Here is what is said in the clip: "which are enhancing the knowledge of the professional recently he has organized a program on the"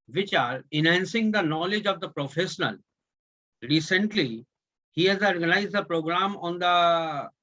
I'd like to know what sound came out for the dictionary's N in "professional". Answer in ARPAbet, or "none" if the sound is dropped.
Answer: N